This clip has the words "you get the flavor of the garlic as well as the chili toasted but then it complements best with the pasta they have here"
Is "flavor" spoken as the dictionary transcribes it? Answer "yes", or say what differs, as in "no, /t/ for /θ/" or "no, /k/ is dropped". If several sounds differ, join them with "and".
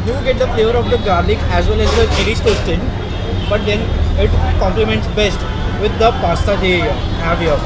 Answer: yes